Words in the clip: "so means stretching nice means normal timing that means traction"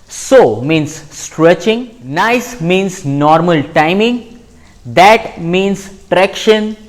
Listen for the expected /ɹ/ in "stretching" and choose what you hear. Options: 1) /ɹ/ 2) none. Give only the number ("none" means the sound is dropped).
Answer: 1